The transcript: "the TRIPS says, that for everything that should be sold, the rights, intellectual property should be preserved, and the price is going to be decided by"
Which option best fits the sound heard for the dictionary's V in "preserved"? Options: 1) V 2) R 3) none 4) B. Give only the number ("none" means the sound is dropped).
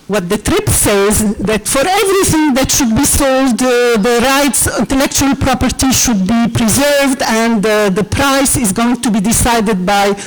1